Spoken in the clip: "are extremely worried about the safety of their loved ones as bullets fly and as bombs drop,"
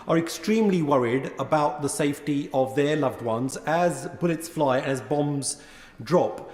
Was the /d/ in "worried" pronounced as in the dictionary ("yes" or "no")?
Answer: yes